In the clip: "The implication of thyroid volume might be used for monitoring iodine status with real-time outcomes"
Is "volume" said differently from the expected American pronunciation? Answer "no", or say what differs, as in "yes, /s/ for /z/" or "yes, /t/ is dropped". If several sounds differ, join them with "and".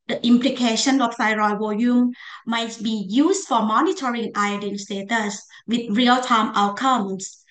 yes, /l/ is dropped